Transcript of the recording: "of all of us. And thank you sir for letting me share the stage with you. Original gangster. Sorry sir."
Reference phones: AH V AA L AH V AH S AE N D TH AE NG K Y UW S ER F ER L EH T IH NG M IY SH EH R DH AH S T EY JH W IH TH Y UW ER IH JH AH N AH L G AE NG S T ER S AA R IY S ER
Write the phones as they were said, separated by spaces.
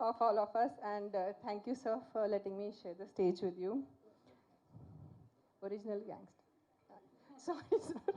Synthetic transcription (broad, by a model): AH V AA L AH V AH S AE N D T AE NG K Y UW S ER F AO L EH T IH NG M IY SH EH R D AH S T EY JH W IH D Y UW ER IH JH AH N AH L G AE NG S T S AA IY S